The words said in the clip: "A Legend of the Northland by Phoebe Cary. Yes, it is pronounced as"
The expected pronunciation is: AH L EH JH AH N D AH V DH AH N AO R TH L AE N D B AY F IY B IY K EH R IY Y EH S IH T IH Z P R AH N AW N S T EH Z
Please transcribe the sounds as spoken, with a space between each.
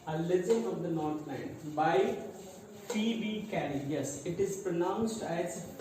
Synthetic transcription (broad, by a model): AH L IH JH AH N AH V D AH N AO R T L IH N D B AY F IY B IY K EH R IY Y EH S IH T IH Z P R AH N AW N S T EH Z